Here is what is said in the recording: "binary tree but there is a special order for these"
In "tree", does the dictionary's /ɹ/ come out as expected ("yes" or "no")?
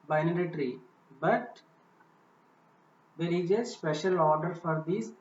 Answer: yes